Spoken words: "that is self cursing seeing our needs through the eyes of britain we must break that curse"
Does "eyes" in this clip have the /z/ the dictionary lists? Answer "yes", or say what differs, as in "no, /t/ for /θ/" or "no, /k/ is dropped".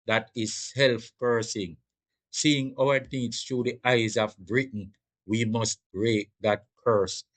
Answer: yes